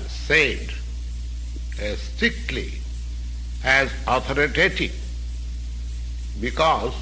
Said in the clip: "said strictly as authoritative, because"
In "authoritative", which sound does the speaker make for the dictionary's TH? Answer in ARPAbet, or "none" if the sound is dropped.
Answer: T